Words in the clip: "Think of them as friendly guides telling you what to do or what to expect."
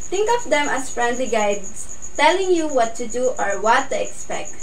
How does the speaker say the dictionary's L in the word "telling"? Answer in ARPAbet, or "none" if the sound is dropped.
L